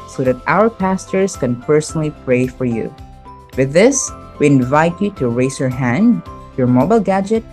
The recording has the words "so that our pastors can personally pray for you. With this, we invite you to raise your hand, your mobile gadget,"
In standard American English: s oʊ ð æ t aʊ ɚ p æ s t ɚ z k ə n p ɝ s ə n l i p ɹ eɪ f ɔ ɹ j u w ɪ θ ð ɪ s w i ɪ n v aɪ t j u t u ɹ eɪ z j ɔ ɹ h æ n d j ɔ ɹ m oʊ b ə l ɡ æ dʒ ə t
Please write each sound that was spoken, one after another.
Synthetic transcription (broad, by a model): s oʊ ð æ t aʊ ɚ p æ s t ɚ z k ə n p ɝ s ə n l i p ɹ eɪ f ɔ ɹ j u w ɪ ð ɪ s w i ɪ n v aɪ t j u t u ɹ eɪ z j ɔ ɹ h æ n d j ɔ ɹ m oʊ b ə l ɡ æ dʒ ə t